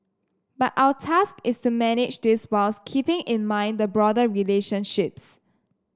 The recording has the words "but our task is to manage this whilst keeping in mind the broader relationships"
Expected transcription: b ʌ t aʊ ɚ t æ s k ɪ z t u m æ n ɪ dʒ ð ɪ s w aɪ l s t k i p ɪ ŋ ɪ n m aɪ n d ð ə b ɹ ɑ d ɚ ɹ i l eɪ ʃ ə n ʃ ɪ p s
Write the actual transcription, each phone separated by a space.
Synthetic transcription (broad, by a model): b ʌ t aʊ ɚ t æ s k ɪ s t u m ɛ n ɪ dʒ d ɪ s w aɪ l s k i p ɪ ŋ ɪ n m aɪ n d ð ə b ɹ ɑ d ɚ ɹ i l eɪ ʃ ə n ʃ ɪ p s